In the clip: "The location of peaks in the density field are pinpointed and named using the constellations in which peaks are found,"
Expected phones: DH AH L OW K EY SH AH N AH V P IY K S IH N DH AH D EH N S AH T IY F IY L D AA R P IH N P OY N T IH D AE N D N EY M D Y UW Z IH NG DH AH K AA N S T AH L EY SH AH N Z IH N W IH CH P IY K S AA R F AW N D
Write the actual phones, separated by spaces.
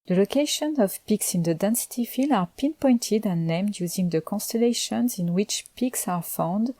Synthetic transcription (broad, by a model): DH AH L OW K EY SH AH N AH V P IY K S IH N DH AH D EH N S AH T IY F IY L AA R P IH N P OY N T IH D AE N N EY M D Y UW Z IH NG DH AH K AA N S T AH L EY SH AH N Z IH N W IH CH P IY K S AA R F AW N D